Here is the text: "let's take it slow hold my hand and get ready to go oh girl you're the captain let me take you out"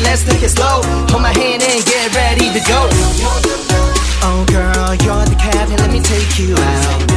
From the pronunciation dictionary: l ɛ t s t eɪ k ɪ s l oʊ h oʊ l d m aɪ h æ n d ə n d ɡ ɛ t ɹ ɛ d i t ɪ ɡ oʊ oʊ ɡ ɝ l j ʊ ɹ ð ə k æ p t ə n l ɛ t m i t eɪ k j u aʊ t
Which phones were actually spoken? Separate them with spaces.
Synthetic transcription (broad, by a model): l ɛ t s t eɪ k ɪ s l oʊ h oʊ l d m aɪ h æ n d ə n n ɡ ɛ t ɹ ɛ d i t ɪ ɡ oʊ oʊ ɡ ɝ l j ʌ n ð ə k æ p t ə n l ɛ t m i t eɪ k j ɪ aʊ t